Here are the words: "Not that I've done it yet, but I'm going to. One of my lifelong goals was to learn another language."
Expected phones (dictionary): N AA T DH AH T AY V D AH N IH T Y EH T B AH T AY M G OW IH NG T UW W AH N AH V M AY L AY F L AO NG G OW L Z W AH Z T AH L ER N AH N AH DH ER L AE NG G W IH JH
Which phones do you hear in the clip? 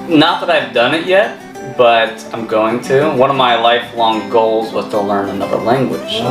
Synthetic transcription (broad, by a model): N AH T DH AH T AY V D AH N IH T Y EH T B AH T AY M G OW IH NG T UW W AH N AH V M AY L AY F L AO NG G OW L Z W AH Z T AH L ER N AH N AH DH ER L AE NG G W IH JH